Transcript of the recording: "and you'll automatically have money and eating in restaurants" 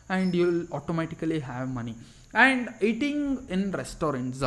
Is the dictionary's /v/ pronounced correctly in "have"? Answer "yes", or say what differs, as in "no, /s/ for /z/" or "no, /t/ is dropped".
yes